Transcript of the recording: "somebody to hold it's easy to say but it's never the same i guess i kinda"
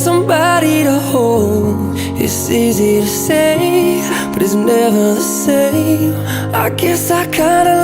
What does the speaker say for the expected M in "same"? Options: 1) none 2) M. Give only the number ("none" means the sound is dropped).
1